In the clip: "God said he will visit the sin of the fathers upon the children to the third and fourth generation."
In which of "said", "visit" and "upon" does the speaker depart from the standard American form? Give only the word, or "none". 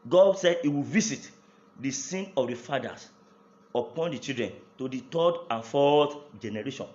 visit